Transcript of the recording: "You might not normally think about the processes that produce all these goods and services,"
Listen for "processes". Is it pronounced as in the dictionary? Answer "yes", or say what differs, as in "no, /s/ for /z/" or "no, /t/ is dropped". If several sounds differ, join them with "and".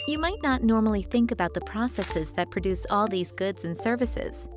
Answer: yes